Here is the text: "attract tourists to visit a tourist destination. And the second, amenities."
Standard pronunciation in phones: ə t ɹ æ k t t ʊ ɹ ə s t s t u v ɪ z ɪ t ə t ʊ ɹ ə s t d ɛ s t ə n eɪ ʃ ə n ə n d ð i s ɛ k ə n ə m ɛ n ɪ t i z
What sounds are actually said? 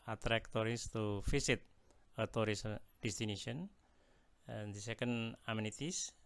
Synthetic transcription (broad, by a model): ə t ɹ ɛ k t t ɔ ɹ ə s s t u f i s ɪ t ə t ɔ ɹ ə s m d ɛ s t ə n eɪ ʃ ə ə n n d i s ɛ k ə n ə m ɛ n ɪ t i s